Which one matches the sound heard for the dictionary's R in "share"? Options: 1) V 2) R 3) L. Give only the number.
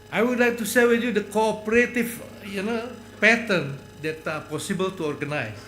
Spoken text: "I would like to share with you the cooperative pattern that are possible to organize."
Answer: 3